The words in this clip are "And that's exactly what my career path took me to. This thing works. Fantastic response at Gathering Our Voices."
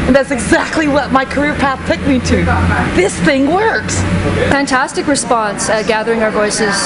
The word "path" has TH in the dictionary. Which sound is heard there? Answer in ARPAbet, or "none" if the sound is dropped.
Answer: TH